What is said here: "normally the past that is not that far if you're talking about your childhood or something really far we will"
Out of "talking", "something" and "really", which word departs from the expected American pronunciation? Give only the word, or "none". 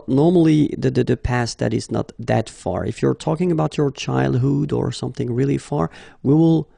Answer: none